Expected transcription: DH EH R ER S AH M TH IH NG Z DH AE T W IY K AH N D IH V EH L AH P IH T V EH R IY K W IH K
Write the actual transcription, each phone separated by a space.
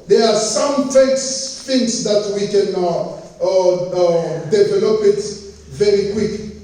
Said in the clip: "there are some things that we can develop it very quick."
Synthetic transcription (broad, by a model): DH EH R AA S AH M S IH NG S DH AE T W IY K AH N D IH V EH L AH P IH T V EH R IY K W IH K